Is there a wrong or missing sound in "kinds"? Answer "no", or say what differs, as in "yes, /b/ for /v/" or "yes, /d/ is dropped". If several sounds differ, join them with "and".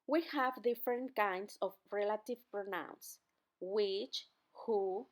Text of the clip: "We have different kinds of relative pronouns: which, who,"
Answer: yes, /s/ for /z/